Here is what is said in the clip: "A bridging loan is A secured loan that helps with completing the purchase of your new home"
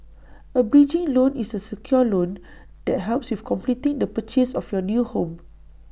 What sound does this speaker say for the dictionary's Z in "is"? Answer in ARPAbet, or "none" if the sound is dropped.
S